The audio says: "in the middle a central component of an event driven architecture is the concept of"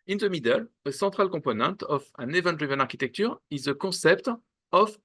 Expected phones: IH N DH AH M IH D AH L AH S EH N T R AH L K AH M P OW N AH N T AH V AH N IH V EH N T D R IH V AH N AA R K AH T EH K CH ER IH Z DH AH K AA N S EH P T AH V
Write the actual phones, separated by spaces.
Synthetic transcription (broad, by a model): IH N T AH M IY D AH L AH S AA T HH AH L K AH P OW N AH T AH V AH N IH V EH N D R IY V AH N AA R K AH T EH K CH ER IH Z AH K AA S EH P T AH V